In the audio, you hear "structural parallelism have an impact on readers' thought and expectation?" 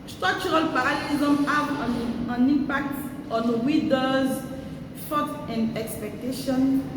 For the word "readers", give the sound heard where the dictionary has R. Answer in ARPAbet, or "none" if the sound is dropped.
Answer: W